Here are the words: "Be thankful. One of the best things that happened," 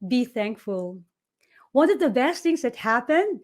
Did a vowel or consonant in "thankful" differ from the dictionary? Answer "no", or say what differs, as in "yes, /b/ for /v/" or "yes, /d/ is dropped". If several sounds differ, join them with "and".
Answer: no